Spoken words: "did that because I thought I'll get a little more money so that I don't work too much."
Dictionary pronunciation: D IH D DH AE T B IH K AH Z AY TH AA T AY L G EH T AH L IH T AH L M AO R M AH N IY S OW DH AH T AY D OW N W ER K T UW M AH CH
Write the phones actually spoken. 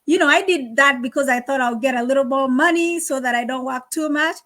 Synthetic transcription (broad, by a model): D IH D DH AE T B IH K AH Z AY TH AA T AY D G EH T AH L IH T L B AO M AH N IY S OW DH AH T AY D OW N W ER K T UW M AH CH